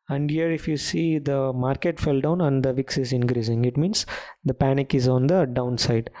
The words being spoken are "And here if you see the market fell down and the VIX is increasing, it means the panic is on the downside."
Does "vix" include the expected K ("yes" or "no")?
yes